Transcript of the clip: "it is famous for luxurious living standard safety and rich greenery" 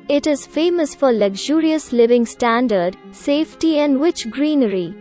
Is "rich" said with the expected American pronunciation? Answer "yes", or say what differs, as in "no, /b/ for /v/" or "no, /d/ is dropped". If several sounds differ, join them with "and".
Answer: no, /w/ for /ɹ/